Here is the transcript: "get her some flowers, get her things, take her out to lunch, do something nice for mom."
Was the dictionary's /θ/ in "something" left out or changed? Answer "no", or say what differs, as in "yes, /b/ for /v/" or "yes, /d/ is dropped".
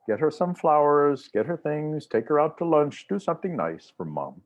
no